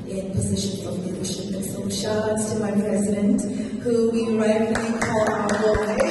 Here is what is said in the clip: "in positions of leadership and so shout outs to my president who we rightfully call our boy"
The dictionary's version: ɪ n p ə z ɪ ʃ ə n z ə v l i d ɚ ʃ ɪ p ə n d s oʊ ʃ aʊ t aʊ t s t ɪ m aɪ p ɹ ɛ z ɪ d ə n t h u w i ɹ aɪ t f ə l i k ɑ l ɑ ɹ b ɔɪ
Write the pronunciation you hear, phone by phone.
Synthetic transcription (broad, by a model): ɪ n p ə z ɪ ʃ ə n z ə v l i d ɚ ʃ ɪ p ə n s oʊ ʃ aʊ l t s t ɪ m aɪ p ɹ ɛ z ɪ d ə n t h u w i ɹ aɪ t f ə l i k ɑ l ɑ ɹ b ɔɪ